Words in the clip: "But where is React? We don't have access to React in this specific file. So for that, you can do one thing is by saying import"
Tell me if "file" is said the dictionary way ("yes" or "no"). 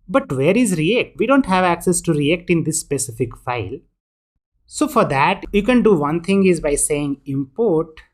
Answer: yes